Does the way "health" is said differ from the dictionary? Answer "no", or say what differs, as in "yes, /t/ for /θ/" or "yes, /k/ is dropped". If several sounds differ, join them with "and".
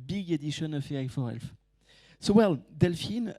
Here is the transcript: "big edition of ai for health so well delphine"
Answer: yes, /f/ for /θ/